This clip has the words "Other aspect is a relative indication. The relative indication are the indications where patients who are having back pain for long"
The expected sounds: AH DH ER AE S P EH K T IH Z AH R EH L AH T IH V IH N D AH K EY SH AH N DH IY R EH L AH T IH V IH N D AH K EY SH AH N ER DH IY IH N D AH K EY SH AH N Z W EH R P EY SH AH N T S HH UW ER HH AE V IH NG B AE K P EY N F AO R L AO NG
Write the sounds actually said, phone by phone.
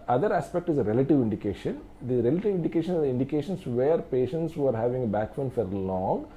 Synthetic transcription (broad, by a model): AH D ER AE S P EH K T IH Z AH R EH L AH T IH V IH N D AH K EY SH AH N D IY R EH L AH T IH V IH N D AH K EY SH AH N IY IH N D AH K EY SH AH N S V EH R P EY SH AH N T S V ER HH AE V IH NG B AE K F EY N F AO R L AO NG